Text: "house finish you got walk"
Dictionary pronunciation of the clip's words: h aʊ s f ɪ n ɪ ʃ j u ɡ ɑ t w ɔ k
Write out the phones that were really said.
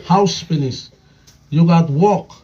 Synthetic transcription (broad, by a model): h aʊ s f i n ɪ s j u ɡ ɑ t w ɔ k